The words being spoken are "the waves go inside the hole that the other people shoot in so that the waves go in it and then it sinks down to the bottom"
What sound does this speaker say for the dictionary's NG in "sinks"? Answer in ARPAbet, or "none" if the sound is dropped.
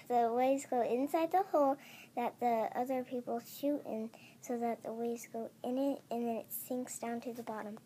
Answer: NG